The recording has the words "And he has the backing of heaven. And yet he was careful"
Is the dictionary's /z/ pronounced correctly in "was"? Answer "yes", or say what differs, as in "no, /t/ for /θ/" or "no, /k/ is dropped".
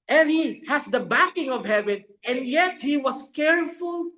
no, /s/ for /z/